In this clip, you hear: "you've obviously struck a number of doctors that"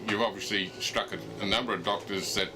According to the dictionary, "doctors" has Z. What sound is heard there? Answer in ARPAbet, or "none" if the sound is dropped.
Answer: Z